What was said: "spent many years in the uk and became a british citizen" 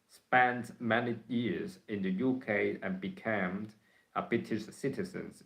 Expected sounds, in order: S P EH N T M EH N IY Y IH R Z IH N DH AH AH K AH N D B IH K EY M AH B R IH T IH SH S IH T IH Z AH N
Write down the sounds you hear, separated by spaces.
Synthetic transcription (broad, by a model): S P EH N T M EH N IY Y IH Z IH N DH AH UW K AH N B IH K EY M AH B IH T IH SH S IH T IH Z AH N